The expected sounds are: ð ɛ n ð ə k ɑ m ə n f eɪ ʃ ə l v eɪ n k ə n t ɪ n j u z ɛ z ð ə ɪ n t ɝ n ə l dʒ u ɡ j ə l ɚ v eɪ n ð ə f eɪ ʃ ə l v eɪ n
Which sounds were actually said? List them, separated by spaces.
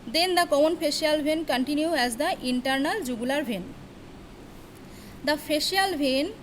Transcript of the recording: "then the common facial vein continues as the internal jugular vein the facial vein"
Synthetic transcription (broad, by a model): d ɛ n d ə k ɑ m ə n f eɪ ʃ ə l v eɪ n k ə n t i n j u ɛ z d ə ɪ n t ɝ n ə l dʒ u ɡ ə l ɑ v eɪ n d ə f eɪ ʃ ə l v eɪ n